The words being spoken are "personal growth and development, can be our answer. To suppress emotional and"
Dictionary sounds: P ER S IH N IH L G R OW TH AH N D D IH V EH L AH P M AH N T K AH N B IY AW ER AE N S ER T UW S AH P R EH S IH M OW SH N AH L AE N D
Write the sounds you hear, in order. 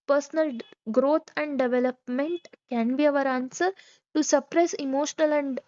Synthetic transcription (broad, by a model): P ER S N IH L G R OW T AH N D D IH V EH L AH P M AH N T K AH N B IY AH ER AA N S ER T UW S AH P R EH S IH M OW SH N AH L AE N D